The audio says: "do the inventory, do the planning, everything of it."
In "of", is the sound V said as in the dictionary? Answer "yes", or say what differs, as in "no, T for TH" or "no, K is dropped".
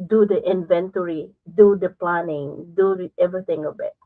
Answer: no, B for V